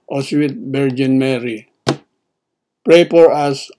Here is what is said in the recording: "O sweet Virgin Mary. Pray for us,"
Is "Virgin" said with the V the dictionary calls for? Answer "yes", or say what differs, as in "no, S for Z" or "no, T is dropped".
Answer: no, B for V